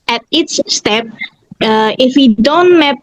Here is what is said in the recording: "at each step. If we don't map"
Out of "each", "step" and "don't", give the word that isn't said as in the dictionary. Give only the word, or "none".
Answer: each